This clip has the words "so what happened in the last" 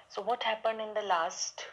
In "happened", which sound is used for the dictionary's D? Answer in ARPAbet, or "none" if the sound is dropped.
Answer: D